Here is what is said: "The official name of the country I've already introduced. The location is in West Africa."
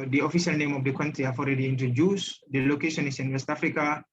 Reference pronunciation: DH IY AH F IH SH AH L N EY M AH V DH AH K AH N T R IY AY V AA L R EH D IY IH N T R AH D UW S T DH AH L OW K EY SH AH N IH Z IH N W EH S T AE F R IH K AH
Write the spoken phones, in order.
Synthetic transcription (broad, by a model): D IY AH F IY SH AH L N EY M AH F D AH K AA N T R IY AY F AA L R EH D IY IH N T R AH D UW S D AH L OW K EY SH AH N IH S IH N W EH S T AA F R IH K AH